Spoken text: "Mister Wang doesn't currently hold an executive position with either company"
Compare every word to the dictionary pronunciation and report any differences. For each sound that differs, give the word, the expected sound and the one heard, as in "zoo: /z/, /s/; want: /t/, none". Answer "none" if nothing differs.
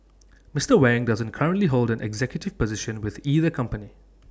none